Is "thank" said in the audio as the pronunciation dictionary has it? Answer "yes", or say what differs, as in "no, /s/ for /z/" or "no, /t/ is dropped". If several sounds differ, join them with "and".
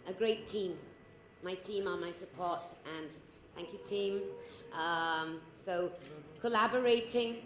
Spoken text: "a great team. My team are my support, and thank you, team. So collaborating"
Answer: yes